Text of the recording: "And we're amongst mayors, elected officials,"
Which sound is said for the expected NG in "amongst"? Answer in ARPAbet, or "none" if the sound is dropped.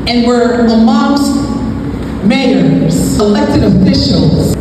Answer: none